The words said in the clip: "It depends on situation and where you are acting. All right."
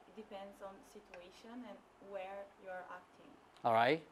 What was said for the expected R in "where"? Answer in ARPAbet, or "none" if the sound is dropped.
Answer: R